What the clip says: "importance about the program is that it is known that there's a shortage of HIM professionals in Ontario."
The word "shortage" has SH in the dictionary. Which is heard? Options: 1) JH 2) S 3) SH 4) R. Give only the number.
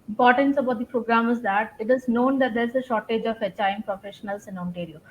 3